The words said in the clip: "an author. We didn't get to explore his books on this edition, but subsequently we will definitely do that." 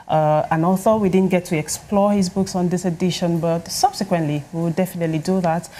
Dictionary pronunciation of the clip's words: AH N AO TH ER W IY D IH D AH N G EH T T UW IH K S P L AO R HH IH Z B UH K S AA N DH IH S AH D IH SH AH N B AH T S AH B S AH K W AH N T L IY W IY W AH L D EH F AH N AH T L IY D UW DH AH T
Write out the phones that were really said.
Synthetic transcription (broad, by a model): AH N AO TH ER W IY D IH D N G EH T T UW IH K S P L AO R HH IH Z B UH K S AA N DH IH S AH D IH SH AH N B AH T S AH B S AH K W AH N T L IY W IY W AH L D EH F AH N AH T L IY D UW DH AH T